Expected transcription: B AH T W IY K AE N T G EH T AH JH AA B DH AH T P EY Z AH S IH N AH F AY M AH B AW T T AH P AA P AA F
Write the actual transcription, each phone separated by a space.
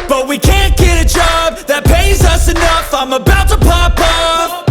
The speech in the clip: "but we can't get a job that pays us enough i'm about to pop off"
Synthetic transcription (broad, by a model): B AH T W IY K AE N G EH T AH JH AA B DH AH T P EY Z AH S IH N AH F AY M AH B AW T T AH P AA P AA